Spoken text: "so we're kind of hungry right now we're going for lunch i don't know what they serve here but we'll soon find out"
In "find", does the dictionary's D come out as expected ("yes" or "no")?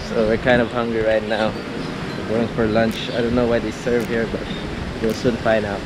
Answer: no